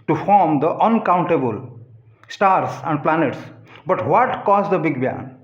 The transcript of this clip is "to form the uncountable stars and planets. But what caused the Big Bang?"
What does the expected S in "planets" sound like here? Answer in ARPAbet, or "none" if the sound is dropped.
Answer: S